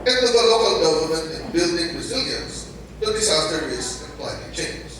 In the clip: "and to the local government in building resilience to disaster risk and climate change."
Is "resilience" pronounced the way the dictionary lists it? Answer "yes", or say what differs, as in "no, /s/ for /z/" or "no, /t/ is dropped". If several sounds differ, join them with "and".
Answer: yes